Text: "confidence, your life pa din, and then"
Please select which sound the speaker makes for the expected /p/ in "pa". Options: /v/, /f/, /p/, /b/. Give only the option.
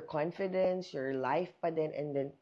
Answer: /b/